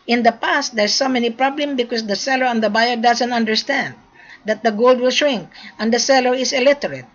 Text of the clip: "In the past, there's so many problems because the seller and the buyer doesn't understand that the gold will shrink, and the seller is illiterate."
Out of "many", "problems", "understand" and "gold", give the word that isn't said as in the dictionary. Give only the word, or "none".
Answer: problems